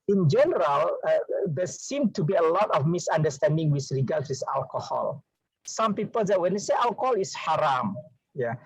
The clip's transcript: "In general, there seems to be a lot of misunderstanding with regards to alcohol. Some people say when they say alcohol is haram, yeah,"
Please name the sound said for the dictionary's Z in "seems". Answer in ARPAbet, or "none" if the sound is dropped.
none